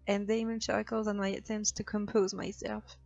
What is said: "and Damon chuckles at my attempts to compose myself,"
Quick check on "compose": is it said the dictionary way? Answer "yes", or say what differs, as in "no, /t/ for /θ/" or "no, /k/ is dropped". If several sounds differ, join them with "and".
yes